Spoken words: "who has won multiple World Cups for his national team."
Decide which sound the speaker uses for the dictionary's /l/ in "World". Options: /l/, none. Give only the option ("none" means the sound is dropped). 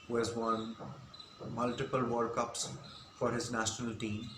none